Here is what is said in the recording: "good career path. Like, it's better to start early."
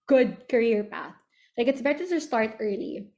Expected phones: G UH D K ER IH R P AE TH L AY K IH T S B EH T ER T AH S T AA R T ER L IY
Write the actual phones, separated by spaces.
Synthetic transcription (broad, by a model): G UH D K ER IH R P AE TH L AY K IH T S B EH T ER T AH S T AA R T ER L IY